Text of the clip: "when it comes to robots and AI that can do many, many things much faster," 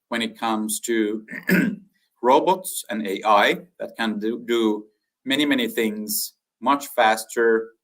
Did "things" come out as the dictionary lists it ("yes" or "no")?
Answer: yes